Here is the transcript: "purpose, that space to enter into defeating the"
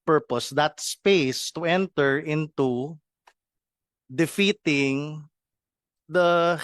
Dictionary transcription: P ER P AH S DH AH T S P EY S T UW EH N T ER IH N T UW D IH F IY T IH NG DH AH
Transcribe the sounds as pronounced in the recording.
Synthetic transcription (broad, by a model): P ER P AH S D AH T S P EY S T UW EH N T ER IH N T UW D IH F IY T IH NG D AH